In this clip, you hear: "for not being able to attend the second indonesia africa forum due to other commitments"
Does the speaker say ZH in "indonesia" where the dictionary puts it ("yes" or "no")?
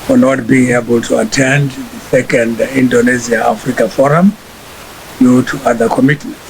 no